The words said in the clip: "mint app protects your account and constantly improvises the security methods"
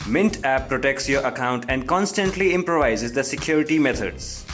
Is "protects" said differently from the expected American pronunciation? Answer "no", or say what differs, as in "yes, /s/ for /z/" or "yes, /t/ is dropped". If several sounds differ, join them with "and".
no